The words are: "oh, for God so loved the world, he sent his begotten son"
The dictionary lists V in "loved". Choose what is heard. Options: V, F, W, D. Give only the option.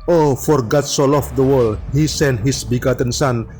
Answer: F